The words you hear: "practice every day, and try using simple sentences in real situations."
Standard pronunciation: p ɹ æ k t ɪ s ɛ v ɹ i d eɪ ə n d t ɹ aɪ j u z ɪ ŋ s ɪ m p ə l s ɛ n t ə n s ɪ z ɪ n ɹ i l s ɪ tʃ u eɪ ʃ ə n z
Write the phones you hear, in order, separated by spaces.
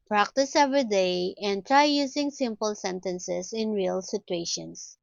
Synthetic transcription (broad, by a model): p ɹ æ k t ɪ s ɛ v ɹ i d eɪ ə n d t ɹ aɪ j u s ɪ ŋ s ɪ m p ə l s ɛ n t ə n s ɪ s ɪ n ɹ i l s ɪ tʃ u eɪ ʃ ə n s